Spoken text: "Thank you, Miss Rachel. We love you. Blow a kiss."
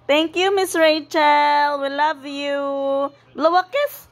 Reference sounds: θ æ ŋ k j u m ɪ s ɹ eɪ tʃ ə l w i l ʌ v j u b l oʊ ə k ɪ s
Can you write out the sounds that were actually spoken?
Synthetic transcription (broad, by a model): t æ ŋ k j u m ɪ s ɹ eɪ tʃ ə l w i l ʌ v j u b l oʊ ə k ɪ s